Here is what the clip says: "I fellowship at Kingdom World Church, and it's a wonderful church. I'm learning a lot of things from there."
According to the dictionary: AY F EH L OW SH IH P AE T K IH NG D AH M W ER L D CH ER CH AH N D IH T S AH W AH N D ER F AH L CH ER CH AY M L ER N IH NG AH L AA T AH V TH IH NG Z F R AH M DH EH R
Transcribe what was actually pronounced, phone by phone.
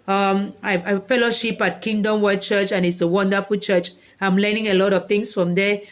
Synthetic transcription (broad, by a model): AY F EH L OW SH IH P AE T K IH NG D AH M W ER D CH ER CH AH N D IH T S AH W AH N D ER F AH L CH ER CH AY M L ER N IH NG AH L AA T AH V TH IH NG S F R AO M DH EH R